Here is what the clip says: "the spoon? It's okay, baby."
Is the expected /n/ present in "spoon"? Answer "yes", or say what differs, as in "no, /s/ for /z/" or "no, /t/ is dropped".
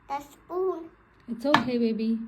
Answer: no, /l/ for /n/